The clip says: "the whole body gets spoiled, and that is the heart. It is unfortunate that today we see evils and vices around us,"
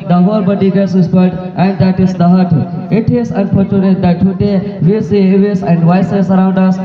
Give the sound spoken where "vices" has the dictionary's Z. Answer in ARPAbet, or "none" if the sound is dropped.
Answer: S